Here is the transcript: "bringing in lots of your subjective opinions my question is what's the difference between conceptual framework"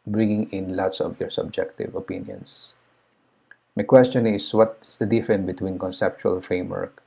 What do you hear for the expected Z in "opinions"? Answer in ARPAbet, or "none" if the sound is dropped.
S